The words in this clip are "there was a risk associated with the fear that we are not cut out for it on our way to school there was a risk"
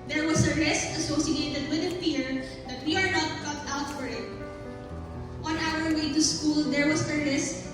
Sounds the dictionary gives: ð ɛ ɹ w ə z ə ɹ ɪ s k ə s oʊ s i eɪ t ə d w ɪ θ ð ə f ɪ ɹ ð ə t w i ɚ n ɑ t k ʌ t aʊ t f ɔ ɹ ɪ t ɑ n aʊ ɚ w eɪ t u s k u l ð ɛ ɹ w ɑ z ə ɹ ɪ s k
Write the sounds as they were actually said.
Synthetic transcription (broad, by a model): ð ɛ ɹ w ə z ə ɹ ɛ s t ə s oʊ s i eɪ t ə d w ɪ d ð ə p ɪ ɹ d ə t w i ɚ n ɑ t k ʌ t aʊ t f ɔ ɹ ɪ t ɑ n aʊ ɚ w eɪ t u s k u l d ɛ ɹ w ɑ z ə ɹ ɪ s